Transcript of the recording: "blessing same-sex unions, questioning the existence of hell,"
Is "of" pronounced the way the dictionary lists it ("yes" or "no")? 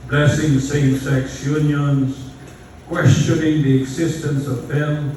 yes